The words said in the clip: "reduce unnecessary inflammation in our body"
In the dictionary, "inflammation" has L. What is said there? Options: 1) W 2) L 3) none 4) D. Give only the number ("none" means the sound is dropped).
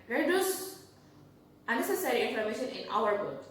3